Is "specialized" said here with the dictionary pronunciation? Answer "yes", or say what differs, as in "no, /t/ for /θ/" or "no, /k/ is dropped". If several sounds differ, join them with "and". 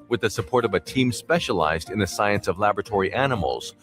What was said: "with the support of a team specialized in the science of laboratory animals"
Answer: yes